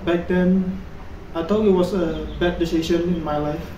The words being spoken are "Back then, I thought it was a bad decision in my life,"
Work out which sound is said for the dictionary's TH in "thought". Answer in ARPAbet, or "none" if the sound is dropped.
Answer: T